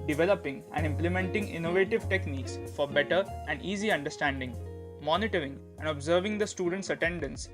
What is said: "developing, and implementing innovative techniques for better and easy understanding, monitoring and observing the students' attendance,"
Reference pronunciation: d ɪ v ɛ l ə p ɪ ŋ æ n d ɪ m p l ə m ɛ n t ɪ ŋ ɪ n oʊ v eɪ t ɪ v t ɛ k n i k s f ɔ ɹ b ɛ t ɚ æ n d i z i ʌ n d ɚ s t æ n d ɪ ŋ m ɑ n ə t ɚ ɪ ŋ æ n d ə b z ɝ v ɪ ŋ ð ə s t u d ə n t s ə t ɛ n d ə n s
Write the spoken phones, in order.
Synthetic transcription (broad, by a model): d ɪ v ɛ l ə p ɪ ŋ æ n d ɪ m p l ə m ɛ n t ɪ ŋ ɪ n oʊ v eɪ t ɪ v t ɛ k n i k s f ɔ ɹ b ɛ t ɚ æ n d i z i ʌ n d ɚ s t æ n d ɪ ŋ m ɑ n ə t ɚ ɪ ŋ æ n d ə b z ɝ v ɪ ŋ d ə s t u d ə n t s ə t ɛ n d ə n s